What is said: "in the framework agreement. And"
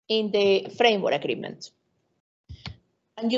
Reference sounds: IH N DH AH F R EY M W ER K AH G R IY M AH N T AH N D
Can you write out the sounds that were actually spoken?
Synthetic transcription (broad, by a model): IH N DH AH F R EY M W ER AH G R IY M AH N T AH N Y